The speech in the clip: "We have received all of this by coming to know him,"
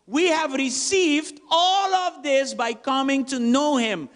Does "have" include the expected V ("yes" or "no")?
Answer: yes